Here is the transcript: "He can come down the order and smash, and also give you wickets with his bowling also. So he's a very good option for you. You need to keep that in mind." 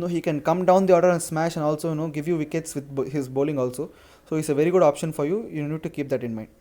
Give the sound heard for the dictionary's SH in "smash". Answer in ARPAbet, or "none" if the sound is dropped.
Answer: SH